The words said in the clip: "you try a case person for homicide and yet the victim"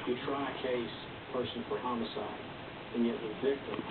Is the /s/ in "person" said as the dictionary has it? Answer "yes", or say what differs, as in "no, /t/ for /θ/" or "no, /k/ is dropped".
no, /ʃ/ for /s/